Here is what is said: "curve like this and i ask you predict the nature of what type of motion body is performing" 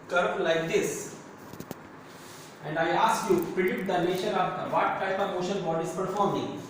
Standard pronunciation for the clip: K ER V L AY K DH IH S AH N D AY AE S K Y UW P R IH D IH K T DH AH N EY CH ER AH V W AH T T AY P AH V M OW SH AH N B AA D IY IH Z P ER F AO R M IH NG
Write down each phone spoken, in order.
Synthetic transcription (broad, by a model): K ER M L AY K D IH S AH N D AY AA S K Y UW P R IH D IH T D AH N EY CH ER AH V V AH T T AY P AH V OW SH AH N B AA D IY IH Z P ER F AO R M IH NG